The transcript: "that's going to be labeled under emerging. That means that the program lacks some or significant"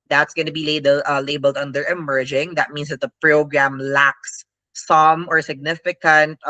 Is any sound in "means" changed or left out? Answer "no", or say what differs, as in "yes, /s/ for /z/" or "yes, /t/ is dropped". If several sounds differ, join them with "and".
yes, /s/ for /z/